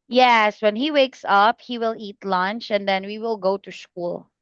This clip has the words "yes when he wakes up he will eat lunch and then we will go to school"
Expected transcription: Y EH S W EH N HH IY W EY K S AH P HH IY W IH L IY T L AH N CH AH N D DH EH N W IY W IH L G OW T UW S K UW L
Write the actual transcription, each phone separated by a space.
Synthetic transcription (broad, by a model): Y EH S W EH N HH IY W EY K S AH P HH IY W IH L IY T L AH N CH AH N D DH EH N W IY W IH L G OW T UW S K UW L